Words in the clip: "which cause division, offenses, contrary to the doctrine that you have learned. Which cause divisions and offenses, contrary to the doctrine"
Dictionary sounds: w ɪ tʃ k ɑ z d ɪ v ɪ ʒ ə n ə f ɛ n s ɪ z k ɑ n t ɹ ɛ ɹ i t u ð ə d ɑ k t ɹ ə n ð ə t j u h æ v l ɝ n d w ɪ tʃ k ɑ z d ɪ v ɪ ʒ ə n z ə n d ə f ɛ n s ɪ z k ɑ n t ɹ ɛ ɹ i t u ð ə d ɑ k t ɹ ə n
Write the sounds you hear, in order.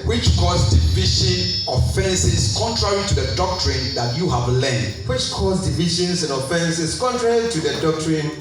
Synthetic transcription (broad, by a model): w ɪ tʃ k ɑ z d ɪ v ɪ ʃ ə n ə f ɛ n s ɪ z k ɑ n t ɹ ɛ ɹ i t u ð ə d ɑ k t ɹ ə n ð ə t j u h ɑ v l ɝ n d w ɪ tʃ k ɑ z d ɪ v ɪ ʃ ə n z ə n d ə f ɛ n s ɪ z k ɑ n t ɹ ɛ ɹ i t u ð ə d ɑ k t ɹ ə n